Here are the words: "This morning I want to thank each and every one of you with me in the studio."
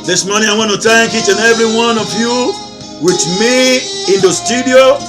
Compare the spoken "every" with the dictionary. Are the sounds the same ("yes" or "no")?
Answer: yes